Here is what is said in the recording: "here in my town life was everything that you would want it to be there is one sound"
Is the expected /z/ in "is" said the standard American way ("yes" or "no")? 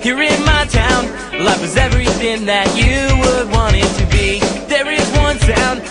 yes